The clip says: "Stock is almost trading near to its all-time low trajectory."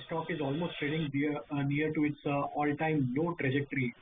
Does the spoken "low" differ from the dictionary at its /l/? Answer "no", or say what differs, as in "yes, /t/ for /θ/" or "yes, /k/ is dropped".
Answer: yes, /n/ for /l/